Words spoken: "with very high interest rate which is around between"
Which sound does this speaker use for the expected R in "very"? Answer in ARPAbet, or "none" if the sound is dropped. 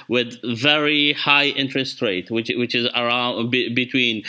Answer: R